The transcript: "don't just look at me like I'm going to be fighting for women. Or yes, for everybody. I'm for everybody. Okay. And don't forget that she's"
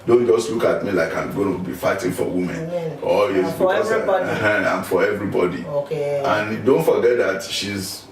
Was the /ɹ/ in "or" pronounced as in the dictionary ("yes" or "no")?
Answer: no